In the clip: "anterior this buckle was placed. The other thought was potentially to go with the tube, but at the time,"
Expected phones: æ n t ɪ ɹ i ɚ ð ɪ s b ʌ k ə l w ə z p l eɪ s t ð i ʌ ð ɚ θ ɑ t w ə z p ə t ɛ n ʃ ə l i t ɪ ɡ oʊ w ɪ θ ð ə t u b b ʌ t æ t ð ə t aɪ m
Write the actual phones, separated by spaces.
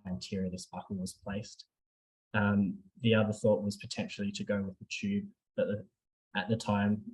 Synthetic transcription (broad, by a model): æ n t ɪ ɹ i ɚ ð ɪ s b ʌ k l w ə z p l eɪ s t ð i ʌ ð ɚ θ ɑ t w ə z p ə t ɛ n ʃ l i t ɪ ɡ oʊ w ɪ ð ə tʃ u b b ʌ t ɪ t ð ə t aɪ m